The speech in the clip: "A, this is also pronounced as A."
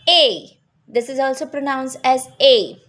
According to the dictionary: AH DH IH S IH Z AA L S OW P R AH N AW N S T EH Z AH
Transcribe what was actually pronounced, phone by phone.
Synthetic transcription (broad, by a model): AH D IH S IH Z AA L S OW P R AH N AW N S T EH Z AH